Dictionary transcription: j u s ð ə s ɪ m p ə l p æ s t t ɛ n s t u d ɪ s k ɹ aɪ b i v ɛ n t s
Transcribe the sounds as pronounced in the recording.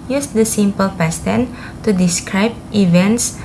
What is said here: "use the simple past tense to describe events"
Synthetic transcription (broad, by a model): j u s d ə s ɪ m p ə l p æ s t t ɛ n t u d ɪ s k ɹ aɪ b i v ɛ n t s